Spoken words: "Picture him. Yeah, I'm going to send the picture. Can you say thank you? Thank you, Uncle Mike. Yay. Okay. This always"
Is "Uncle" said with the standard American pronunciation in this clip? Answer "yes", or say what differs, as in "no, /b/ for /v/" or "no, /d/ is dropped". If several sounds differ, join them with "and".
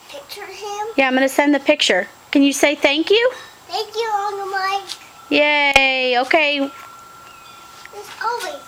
no, /k/ is dropped